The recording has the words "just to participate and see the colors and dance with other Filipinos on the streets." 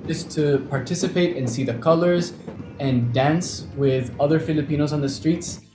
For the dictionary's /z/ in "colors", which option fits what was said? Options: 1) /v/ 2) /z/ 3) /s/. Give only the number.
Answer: 2